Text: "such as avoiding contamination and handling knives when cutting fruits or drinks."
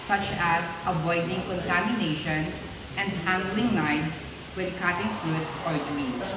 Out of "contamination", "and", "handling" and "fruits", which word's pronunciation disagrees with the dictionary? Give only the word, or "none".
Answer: fruits